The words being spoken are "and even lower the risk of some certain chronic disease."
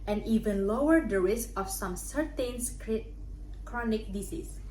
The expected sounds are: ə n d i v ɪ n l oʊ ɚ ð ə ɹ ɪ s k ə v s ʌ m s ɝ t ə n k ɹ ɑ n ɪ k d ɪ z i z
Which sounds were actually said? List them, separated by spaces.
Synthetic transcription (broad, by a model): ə n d i v ɪ n l oʊ ɚ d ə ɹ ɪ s ə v s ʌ m s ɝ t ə n k ɹ ɑ n ɪ k d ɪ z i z